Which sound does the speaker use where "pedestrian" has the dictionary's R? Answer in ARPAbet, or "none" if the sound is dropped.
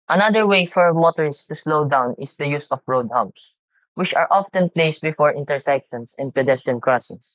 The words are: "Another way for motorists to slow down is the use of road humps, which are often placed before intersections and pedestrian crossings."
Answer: none